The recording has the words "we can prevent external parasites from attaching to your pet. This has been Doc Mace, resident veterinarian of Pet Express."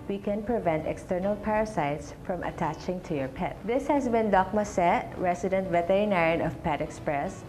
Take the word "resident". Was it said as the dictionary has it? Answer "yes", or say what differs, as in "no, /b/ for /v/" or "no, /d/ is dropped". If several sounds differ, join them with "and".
no, /s/ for /z/